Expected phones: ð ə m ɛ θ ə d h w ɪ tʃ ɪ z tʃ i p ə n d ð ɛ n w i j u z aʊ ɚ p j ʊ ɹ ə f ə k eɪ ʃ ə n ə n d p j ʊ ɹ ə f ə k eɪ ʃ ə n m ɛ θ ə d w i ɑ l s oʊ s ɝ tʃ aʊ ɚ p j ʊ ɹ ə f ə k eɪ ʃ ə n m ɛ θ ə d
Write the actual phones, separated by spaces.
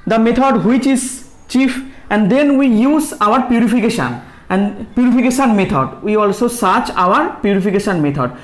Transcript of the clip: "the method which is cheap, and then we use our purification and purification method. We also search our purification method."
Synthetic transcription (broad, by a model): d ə m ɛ t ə d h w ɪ tʃ ɪ z tʃ i f ə n d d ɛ n w i j u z aʊ ɚ p j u ɹ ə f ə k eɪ ʃ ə n ə n d p j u ɹ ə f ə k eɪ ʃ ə n m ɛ t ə d w i ɑ l s oʊ s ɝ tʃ aʊ ɚ p j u ɹ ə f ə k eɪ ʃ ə n m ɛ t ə d